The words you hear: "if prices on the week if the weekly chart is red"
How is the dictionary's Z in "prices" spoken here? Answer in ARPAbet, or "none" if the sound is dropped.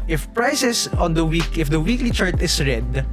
S